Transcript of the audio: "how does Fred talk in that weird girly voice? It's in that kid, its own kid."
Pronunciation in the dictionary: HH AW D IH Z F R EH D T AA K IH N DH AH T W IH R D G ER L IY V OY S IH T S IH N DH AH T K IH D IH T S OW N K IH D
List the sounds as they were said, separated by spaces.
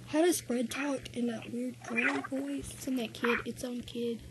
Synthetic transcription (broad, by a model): HH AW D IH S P R EH D T AA K IH N DH AH T W IH R D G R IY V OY IH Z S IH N DH AH T K IH D IH T S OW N K IH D